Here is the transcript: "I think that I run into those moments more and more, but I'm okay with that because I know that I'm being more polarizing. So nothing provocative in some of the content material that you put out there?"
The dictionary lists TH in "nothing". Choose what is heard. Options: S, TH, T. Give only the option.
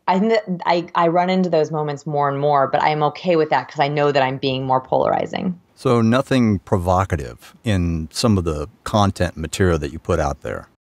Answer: TH